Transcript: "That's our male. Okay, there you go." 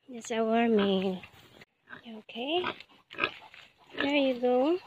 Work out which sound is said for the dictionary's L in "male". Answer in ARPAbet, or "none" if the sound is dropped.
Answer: N